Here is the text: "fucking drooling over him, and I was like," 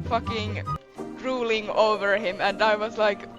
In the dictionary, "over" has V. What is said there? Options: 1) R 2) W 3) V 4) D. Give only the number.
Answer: 3